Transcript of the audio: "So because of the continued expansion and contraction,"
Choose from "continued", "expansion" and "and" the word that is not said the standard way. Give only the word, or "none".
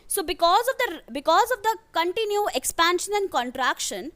continued